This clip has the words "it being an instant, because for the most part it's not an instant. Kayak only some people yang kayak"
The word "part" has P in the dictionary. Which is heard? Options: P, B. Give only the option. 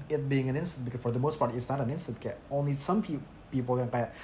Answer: P